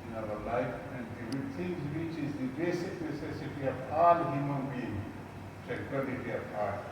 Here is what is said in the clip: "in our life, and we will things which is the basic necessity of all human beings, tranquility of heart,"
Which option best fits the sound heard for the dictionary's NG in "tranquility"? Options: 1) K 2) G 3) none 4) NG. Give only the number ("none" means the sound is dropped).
3